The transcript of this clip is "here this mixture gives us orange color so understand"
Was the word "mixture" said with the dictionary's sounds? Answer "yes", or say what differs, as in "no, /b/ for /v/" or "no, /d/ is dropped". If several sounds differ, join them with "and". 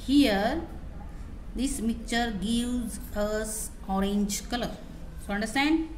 no, /s/ is dropped